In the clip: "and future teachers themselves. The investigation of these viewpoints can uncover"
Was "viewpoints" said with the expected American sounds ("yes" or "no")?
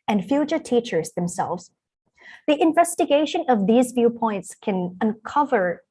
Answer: yes